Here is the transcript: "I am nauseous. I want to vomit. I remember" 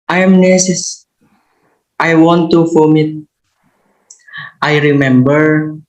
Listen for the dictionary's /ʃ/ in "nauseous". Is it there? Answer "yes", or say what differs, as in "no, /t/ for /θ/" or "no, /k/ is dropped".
no, /s/ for /ʃ/